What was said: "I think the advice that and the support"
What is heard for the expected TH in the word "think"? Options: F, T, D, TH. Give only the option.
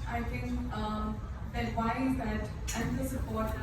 T